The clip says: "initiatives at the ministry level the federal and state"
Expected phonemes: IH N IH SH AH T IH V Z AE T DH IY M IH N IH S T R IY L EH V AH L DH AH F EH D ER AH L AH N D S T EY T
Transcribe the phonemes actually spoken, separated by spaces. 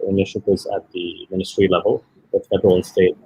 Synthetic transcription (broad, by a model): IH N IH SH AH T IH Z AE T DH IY M IH N IH S T R IY L EH V AH L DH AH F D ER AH W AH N S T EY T